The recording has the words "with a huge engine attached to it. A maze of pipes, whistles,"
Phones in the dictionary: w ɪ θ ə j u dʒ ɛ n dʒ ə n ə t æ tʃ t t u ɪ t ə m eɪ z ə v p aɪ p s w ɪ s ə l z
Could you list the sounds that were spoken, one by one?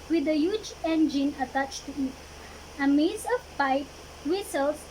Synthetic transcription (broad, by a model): w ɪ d ə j u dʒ ɛ n dʒ ə n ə t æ tʃ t t u ɪ t ə m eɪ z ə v p aɪ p w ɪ s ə l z